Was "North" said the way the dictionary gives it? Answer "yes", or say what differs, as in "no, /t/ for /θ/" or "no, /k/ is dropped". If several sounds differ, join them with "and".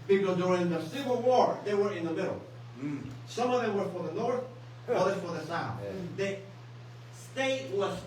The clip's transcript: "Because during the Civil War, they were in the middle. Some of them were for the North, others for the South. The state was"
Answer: yes